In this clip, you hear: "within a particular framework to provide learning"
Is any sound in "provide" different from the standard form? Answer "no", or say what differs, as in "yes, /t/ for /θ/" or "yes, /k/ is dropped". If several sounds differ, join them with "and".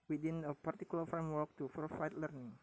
yes, /f/ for /v/